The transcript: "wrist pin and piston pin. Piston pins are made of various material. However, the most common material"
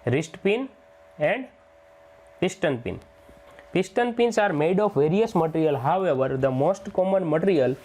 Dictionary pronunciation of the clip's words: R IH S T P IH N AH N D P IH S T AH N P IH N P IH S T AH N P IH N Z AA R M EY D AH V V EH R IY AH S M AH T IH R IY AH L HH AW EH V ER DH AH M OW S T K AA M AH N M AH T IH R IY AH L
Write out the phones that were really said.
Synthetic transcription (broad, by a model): R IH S T P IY N AH N D P IH S T AH N P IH N P IH S T AH N P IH N S AA R M EY D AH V V EH R IY AH S M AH T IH R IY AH L HH AW EH V ER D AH M OW S T K AA M AH N M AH T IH R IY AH L